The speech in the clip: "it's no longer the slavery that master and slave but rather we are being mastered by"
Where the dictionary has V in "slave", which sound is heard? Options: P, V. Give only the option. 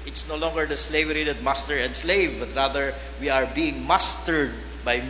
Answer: V